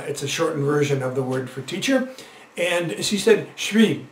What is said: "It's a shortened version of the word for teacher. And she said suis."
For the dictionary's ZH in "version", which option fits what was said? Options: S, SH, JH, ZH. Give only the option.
ZH